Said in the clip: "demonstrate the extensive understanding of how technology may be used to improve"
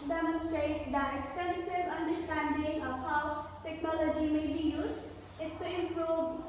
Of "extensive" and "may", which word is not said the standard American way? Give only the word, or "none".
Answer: extensive